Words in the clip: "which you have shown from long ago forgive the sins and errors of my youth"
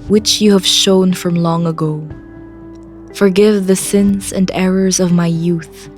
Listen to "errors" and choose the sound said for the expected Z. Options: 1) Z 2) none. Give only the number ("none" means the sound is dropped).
1